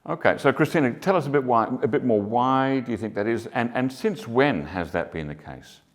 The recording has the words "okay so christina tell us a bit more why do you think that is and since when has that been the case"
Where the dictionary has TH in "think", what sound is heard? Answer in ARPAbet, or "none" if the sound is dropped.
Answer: TH